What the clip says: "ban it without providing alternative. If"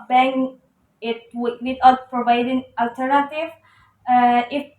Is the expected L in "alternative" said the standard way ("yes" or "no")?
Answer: yes